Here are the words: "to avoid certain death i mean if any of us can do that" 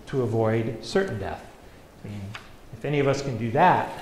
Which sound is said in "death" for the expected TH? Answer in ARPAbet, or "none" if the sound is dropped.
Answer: TH